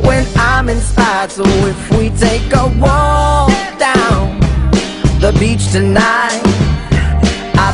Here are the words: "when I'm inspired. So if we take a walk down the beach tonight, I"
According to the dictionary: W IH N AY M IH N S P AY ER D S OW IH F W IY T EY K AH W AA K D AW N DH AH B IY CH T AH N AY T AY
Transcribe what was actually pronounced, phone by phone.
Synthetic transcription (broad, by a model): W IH N AY M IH N S AY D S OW IH F W IY T EY K AH W AA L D AW N DH AH B IY CH T AH N AY T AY